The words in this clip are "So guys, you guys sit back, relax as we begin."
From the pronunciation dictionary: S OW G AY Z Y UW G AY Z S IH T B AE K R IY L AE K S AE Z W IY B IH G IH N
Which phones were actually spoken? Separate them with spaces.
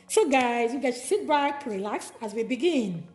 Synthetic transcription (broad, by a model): S OW G AY Z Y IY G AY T S IH T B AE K R IY L AE K S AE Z W IY B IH G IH N